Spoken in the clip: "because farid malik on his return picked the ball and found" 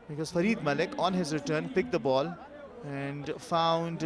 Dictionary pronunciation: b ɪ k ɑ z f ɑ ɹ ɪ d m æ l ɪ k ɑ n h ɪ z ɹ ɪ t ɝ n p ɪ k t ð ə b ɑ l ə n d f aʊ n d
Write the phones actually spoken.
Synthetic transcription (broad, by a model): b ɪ k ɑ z f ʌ ɹ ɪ d m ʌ l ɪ k ɑ n h ɪ z ɹ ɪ t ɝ n p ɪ k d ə b ɑ l ə n d f aʊ n d